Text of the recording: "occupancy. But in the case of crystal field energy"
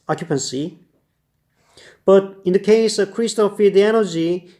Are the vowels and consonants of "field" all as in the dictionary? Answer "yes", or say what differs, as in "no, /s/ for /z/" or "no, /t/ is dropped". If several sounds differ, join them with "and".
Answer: no, /l/ is dropped